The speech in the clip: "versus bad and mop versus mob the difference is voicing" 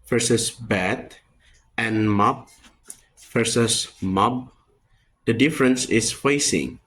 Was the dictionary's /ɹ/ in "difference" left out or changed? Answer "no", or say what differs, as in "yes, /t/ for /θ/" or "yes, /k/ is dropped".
no